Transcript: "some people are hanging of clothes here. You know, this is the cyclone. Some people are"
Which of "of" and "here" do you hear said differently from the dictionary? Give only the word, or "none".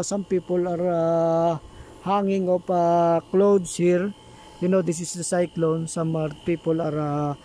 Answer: of